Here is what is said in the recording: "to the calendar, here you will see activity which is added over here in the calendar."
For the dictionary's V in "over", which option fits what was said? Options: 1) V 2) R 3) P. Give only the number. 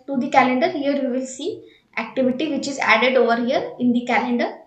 1